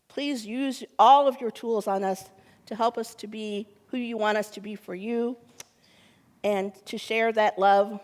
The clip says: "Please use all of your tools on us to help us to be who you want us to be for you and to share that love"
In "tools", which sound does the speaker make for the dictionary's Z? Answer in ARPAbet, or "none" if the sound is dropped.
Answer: Z